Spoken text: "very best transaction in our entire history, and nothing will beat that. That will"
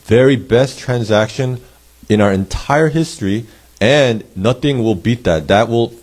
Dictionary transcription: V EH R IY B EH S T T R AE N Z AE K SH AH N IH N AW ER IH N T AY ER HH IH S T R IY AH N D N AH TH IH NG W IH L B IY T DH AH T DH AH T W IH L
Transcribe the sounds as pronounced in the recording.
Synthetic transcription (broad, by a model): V EH R IY B EH S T T R AE N Z AE K SH AH N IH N AW ER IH N T AY ER HH IH S T R IY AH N N AH TH IH NG W IH L B IY T DH AH T DH AH T W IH L